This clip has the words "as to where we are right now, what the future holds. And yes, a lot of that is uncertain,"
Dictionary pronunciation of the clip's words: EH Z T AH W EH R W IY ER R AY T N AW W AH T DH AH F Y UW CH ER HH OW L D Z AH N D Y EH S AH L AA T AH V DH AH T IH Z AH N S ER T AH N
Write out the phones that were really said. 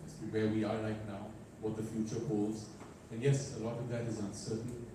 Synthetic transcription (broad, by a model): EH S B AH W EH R W IY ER L AY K N AW W AH T DH AH F Y UW CH ER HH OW L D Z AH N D Y EH S AH L AA T AH V DH AH T IH Z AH N S ER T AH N